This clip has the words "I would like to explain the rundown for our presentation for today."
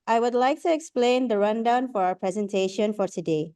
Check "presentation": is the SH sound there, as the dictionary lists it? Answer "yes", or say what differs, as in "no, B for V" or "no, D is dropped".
yes